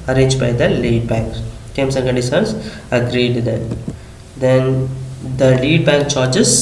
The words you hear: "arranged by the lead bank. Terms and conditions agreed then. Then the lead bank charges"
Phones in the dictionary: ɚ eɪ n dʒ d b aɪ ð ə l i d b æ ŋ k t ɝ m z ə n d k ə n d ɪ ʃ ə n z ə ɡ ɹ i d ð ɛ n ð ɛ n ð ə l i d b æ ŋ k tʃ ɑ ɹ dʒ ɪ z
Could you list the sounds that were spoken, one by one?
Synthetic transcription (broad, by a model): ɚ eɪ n dʒ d b aɪ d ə l i d b æ ŋ k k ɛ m s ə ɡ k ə d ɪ s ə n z ə ɡ ɹ i d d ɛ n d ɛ n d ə l i d b æ ŋ k tʃ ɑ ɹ dʒ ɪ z